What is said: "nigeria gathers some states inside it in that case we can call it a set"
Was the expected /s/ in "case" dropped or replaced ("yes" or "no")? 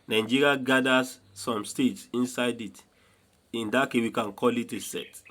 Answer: yes